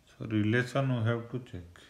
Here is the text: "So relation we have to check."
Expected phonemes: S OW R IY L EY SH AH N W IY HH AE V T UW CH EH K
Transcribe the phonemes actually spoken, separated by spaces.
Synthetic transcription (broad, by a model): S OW R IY L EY S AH N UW HH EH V T UW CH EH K